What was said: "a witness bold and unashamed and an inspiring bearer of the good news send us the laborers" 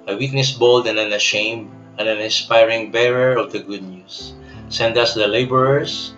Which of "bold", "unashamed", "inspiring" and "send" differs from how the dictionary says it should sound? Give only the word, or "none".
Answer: unashamed